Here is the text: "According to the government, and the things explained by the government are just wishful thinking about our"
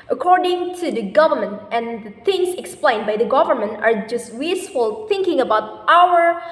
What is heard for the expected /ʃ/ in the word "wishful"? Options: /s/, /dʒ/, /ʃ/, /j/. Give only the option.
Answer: /s/